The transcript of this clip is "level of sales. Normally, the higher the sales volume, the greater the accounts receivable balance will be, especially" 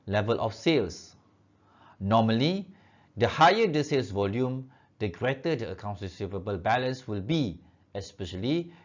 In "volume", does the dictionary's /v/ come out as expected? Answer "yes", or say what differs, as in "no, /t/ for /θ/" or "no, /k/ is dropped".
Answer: yes